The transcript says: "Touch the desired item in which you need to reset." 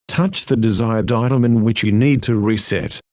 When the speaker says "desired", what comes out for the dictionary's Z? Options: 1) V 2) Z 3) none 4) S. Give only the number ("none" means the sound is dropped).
2